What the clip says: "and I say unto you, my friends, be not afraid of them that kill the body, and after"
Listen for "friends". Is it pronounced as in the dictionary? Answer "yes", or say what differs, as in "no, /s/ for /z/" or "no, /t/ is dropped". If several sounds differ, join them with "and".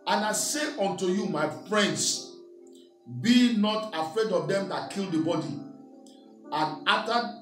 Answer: no, /s/ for /z/